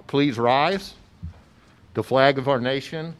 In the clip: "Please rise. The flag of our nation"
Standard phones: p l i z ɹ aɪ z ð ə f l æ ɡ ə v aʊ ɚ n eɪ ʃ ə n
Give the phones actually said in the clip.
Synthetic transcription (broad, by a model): p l i z ɹ aɪ z ð ə f l æ ɡ ə v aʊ ɚ n eɪ ʃ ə n